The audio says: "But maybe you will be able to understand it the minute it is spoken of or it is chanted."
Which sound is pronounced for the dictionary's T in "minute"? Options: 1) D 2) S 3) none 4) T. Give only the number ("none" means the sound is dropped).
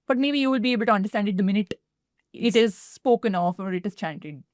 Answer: 4